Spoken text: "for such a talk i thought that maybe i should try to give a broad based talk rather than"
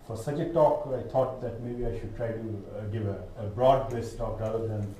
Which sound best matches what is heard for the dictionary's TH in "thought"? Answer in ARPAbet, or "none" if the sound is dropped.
T